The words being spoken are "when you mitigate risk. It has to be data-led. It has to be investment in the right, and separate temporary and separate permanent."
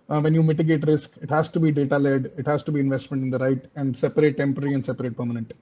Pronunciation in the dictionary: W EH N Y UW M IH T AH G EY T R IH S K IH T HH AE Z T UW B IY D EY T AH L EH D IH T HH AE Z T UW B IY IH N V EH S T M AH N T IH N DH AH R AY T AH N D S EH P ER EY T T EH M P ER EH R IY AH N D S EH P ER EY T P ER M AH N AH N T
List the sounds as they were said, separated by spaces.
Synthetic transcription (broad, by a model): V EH N Y UW M IH T AH G EY T R IH S K IH T HH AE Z T UW B IY D EY T AH L EH D IH T HH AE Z T UW B IY IH N V EH S T M AH N T IH N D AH R AY T AH N D S EH P ER EY T T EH M P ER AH R IY AH N D S EH P ER EY T P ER M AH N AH N T